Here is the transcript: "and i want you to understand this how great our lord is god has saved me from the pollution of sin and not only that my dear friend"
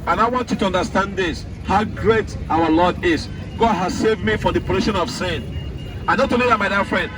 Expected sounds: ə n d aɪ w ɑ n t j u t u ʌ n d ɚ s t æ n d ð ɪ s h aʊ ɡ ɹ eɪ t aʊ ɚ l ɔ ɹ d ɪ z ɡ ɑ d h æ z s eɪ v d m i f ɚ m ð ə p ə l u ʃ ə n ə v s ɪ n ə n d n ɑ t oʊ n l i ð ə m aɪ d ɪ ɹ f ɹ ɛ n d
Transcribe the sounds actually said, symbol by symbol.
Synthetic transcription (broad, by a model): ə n aɪ w ɑ n t j u t u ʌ n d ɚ s t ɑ n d ð ɪ s h aʊ ɡ ɹ eɪ t aʊ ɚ l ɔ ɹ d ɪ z ɡ ɑ d h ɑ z s eɪ v d m i f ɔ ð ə p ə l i ʃ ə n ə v s ɪ n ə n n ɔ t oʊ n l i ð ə m aɪ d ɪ f ɹ ɛ n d